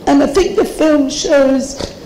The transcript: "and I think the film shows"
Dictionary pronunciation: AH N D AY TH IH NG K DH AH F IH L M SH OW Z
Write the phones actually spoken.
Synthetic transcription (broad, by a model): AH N AY TH IH NG K DH AH F IH L M SH OW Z